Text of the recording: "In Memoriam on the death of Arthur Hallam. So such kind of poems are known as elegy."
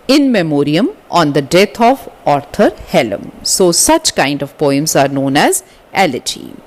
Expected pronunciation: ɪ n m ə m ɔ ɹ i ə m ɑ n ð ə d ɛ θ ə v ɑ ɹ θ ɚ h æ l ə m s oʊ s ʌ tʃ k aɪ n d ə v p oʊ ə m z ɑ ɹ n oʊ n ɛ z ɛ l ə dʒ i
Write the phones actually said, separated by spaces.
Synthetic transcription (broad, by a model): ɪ n m ə m ɔ ɹ i ə m ɑ n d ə d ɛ t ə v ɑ ɹ t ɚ h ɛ l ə m s oʊ s ʌ tʃ k aɪ n d ə v p oʊ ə m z ɑ ɹ n oʊ n ɛ z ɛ l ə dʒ i